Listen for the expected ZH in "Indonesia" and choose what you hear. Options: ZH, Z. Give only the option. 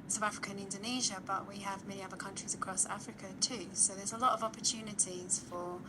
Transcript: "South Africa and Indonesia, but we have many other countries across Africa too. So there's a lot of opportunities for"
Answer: ZH